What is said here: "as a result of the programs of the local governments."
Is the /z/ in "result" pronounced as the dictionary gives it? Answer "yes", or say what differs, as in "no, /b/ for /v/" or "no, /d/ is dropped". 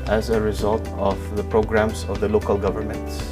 yes